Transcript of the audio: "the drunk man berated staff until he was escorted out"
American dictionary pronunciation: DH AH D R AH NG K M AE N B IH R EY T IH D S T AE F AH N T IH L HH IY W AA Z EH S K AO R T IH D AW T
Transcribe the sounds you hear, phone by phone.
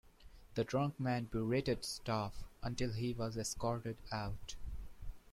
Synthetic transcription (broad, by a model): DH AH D R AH NG K M AE N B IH R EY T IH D S T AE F AH N T IH L HH IY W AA Z EH S K AO R T IH D AW T